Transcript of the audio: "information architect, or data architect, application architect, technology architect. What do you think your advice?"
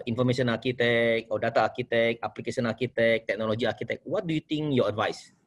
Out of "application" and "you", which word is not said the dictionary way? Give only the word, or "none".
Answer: application